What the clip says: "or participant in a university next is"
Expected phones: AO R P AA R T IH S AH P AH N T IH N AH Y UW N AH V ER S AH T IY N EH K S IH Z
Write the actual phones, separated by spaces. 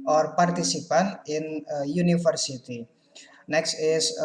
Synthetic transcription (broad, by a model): AO R P AA R T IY S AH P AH N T IH N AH Y UW N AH F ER S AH T IY N EH K S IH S